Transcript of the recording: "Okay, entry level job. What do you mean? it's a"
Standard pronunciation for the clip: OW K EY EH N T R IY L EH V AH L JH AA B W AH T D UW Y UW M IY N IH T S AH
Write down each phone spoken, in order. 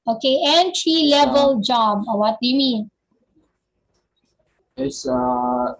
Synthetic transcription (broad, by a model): OW K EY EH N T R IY L EH V AH L JH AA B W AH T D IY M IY IH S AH